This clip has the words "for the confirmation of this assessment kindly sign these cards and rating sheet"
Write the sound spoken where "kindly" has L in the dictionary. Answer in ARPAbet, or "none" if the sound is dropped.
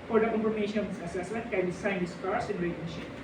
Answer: none